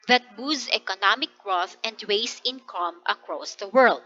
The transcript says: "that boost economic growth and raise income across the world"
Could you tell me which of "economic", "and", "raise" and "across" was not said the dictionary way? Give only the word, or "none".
raise